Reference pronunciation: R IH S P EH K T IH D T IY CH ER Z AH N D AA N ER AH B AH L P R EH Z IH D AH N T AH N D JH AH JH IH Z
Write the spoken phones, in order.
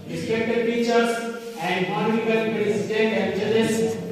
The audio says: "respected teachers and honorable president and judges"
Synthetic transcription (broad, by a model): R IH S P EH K T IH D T IY CH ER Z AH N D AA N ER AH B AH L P R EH S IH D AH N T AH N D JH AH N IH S